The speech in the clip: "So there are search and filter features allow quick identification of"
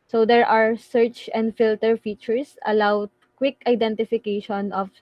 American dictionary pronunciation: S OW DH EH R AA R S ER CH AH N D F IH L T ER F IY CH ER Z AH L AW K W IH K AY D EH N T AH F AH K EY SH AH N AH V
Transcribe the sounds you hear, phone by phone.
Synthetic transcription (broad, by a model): S OW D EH R AA R S ER CH AH N D F IH L T ER F IY CH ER S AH L AW K W IH K AY D EH N T AH F AH K EY SH AH N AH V